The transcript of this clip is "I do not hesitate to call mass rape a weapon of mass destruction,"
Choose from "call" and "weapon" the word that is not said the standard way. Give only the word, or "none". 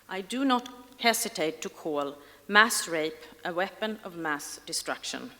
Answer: none